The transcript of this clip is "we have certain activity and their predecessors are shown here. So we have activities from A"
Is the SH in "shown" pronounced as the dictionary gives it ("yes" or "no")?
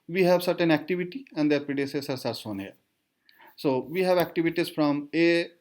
no